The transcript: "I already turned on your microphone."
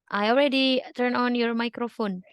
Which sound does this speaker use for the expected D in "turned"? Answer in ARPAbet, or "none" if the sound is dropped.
none